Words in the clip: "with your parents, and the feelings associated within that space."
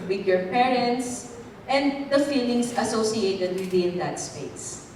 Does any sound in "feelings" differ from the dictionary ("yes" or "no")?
yes